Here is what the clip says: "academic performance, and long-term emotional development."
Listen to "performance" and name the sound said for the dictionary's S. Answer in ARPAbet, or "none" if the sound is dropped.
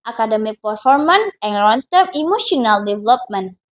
none